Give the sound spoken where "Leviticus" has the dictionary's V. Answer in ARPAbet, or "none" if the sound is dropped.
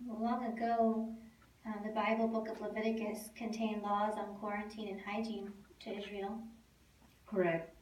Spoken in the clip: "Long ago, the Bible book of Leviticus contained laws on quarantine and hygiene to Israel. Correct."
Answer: V